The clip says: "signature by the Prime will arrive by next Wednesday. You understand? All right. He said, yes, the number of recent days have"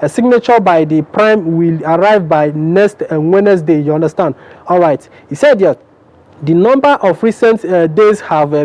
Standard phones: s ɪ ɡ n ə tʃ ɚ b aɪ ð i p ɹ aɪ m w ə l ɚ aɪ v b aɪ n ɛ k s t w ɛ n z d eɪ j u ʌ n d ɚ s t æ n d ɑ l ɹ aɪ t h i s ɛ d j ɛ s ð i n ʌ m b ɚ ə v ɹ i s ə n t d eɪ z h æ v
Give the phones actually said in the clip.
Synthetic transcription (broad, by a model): s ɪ ɡ n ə tʃ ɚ b aɪ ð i p ɹ aɪ m w ə l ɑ aɪ v b aɪ n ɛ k s t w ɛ n s d eɪ j u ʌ n d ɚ s t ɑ n d ɑ l ɹ aɪ t h i s ɛ d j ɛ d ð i n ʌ m b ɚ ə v ɹ i s ə n t d eɪ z h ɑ v